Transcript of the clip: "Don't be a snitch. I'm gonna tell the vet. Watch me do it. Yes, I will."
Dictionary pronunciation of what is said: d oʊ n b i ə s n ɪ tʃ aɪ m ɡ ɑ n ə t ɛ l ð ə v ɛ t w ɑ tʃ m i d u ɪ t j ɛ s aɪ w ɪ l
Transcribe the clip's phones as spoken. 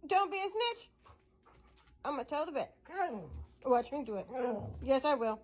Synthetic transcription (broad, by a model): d oʊ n b i ə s n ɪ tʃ aɪ m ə t ɛ l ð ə b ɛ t w ɑ tʃ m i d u ɪ t j ɛ s aɪ w ɪ l